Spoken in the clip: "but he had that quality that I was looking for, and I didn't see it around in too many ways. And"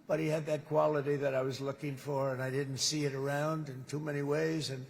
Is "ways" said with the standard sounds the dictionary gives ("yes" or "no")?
yes